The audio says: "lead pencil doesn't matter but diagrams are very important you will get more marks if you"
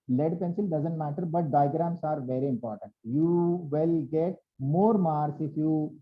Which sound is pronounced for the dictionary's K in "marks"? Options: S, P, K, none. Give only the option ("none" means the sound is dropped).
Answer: none